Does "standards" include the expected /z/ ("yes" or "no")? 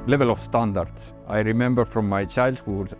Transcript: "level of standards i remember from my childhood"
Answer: no